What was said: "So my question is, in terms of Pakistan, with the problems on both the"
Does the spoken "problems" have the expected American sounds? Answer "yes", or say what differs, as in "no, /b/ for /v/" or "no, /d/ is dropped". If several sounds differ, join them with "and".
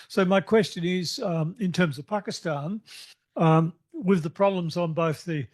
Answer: yes